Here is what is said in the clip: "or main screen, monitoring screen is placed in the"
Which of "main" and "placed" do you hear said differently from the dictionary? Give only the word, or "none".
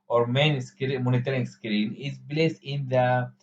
placed